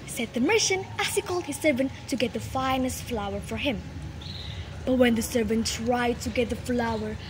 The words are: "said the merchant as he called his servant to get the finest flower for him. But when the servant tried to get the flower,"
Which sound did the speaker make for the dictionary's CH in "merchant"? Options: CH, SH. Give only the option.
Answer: SH